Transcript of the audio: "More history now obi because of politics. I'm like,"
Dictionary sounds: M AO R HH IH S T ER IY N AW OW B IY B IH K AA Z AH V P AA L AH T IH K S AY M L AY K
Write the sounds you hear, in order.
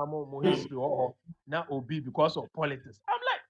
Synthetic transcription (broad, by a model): M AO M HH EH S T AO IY N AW OW B IY B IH K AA S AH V P AA L AH T IH K S AY M L AY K